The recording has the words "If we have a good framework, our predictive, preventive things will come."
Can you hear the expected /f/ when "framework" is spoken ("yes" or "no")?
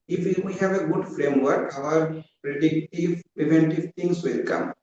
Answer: yes